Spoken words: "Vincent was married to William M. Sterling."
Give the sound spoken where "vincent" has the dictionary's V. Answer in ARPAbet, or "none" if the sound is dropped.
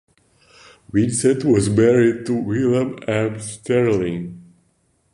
W